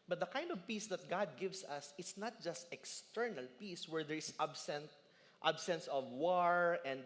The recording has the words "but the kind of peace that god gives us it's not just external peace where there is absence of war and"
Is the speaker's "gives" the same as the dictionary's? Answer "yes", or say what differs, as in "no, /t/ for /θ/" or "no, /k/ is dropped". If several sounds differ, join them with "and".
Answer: no, /s/ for /z/